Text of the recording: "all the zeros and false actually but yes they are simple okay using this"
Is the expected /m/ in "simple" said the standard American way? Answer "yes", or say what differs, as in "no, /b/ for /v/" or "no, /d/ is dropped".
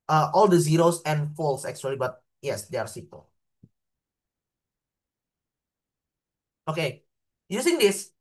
no, /m/ is dropped